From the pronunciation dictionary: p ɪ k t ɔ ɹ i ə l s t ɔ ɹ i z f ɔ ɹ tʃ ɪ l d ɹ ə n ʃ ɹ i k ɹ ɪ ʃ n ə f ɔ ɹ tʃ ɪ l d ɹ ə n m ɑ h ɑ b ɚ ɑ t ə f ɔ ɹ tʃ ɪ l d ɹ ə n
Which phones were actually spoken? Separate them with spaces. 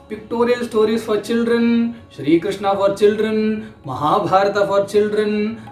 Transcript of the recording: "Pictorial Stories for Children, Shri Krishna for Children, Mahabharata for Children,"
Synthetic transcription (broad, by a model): p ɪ k t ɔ ɹ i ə l s t ɔ ɹ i s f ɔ ɹ tʃ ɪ l d ɹ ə n ʃ ɹ i k ɹ ɪ ʃ n ə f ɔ ɹ tʃ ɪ l d ɹ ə n m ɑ h ɑ b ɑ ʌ t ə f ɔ ɹ tʃ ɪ l d ɹ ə n